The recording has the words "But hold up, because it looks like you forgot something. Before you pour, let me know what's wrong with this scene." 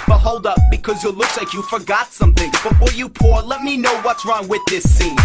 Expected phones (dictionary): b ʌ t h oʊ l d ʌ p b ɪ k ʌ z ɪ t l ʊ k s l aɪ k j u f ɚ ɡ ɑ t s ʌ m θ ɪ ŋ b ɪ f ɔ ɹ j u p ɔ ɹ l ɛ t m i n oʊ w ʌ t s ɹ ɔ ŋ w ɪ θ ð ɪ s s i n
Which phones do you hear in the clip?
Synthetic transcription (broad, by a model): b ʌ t h oʊ l d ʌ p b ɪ k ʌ z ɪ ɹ l ʊ k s l aɪ k j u f ɚ ɡ ɑ t s ʌ m θ ɪ ŋ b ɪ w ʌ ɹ j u p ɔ ɹ l ɛ t m i n oʊ w ʌ t s ɹ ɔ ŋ w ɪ ð ɪ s s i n